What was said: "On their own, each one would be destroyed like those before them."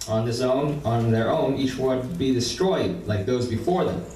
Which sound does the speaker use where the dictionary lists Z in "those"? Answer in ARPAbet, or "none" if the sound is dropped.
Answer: Z